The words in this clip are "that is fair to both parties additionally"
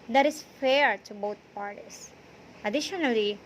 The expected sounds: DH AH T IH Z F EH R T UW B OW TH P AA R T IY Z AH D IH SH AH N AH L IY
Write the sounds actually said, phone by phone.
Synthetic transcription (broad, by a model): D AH T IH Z F EH R T UW B OW T P AA R T IY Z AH D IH SH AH N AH L IY